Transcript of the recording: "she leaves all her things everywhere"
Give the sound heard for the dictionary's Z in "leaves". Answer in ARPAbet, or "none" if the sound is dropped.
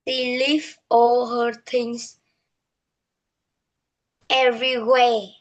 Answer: none